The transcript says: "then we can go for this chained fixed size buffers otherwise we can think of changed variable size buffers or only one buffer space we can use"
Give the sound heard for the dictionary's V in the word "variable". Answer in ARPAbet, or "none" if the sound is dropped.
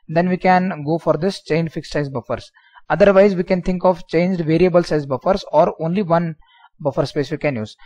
V